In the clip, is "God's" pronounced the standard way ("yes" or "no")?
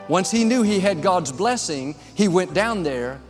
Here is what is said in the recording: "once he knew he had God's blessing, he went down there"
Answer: yes